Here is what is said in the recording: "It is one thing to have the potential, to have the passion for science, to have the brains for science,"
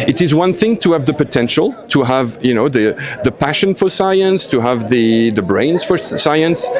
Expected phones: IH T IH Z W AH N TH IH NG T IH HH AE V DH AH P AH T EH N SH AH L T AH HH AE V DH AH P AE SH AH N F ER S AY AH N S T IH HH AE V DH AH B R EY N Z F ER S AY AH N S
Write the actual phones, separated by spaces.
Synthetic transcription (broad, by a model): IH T IH Z W AH N TH IH NG T IH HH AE V DH AH P AH T EH N SH AH L T AH HH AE V DH AH P AE SH AH N F ER S AY AH N S T IH HH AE V DH AH B R EY N Z F ER S AY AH N S